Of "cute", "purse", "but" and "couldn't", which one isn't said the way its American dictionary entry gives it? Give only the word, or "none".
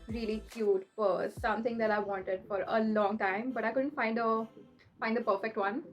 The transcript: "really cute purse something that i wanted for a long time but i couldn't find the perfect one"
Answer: purse